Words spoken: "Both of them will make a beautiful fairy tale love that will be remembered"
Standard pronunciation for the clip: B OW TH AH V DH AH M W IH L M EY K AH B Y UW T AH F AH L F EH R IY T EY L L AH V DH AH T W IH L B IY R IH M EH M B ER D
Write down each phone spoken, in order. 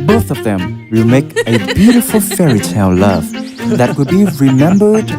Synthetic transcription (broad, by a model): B OW TH AH V DH AH M W IH L M EY K AH B Y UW T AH F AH L F EH R IY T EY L L AH V DH AH T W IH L B IY R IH M EH M B ER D